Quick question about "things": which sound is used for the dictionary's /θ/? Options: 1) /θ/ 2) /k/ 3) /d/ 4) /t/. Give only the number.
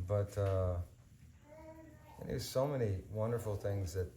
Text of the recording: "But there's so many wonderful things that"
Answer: 1